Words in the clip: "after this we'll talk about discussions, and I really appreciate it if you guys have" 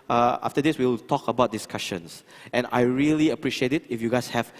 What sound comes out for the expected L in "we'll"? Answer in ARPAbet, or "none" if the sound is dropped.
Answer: W